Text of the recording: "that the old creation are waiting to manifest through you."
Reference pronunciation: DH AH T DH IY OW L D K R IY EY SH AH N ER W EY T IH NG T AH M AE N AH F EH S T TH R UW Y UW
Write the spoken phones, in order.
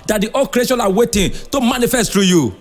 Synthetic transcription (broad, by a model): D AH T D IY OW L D K R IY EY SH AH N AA W EY T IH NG T AH M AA N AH F EH S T T R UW Y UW